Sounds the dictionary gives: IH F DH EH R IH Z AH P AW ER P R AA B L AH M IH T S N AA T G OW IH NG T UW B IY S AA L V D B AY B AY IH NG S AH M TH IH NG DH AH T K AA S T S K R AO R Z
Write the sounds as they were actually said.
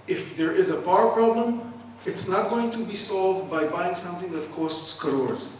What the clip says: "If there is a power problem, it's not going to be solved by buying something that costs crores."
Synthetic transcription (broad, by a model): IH F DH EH R IH Z AH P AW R P R AA B L AH M IH T S N AA T G OW IH NG T UW B IY S AA L V D B AY B AY IH NG S AH M TH IH NG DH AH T K AA S T S K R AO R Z